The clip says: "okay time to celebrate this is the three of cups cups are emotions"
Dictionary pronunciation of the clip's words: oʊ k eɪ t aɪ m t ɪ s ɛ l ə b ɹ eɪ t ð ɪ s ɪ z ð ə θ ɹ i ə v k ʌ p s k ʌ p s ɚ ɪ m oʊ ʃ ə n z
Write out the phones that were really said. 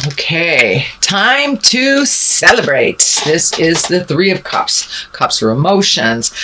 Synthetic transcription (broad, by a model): oʊ k eɪ t aɪ m t ɪ s ɛ l ə b ɹ eɪ t ð ɪ s ɪ z ð ə θ ɹ i ə v k ʌ p s k ʌ p s ɚ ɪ m oʊ ʃ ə n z